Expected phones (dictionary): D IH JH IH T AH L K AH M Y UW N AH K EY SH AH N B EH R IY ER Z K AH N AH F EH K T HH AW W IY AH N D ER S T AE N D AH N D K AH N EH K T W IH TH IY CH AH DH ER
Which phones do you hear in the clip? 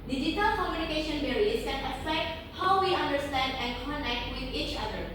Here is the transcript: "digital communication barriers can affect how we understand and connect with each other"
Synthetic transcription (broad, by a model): D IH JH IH T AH L K AH M Y UW N AH K EY SH AH N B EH R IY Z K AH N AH P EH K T HH AW W IY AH N D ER S T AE N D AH N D K AH N EH K T W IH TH IY CH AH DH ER